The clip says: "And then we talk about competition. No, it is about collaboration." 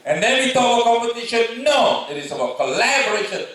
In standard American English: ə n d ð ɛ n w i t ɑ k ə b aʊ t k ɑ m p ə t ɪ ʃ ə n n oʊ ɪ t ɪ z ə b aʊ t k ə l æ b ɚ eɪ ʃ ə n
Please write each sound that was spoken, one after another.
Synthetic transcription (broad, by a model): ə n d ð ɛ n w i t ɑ ə k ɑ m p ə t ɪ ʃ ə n n oʊ ɪ t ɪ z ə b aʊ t k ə l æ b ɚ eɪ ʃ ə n